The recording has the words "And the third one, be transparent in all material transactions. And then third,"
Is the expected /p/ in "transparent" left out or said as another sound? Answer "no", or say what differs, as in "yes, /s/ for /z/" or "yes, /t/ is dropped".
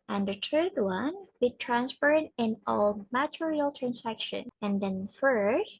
yes, /f/ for /p/